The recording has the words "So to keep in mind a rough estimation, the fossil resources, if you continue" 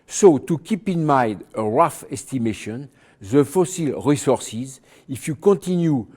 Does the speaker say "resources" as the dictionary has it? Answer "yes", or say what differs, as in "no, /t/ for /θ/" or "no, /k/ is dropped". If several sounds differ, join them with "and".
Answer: yes